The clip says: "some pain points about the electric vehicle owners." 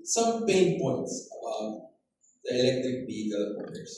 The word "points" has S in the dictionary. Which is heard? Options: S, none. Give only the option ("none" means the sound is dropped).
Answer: S